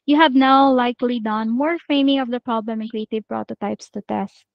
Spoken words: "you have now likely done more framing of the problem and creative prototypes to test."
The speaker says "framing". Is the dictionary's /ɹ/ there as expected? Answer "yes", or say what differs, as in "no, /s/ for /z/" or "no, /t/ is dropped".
no, /ɹ/ is dropped